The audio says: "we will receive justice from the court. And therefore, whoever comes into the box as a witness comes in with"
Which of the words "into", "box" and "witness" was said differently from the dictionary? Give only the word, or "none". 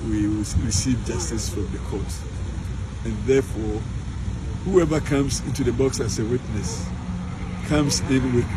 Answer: none